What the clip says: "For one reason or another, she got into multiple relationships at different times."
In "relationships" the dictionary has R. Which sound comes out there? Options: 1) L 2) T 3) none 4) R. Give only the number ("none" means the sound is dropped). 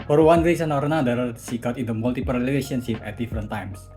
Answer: 1